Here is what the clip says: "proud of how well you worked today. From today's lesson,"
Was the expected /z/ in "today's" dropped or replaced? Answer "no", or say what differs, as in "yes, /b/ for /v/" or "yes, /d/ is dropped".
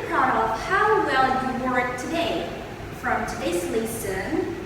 yes, /s/ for /z/